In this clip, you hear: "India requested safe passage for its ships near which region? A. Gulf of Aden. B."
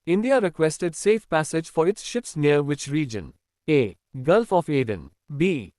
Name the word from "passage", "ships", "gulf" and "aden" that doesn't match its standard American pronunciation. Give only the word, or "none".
none